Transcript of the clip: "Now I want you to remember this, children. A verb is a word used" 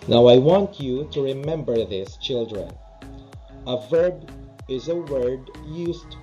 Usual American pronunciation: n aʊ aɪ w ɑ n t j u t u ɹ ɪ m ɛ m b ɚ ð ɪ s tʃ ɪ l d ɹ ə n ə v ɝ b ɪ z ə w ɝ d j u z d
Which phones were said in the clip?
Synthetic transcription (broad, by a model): n aʊ aɪ w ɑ n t j u t u ɹ ɪ m ɛ m b ɚ ð ɪ s tʃ ɪ l d ɹ ə n ə v ɝ b ɪ z ə w ɝ d j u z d